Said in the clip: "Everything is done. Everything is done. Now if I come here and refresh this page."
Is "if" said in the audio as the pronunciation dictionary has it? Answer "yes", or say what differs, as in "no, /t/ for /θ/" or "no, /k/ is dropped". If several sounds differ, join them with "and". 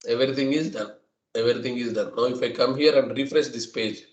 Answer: yes